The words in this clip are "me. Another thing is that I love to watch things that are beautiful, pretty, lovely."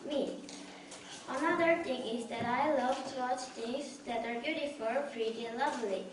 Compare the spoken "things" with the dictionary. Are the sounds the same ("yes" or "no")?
no